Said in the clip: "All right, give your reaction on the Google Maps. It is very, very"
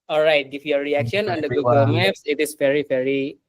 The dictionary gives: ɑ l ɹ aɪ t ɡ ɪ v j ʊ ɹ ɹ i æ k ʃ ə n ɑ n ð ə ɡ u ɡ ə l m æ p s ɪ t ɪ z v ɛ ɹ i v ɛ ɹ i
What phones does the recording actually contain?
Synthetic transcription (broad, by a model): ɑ l ɹ aɪ t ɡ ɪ f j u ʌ ɹ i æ k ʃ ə n ɑ n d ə ɡ u ɡ ə l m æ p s ɪ t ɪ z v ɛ ɹ i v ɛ ɹ i